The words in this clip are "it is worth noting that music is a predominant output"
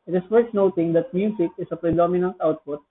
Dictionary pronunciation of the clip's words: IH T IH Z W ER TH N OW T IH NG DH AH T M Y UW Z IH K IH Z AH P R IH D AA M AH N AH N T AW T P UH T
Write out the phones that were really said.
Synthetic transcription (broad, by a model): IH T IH S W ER T N OW T IH NG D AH T M Y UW S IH K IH S AH P R IH D AA M AH N AH N T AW T P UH T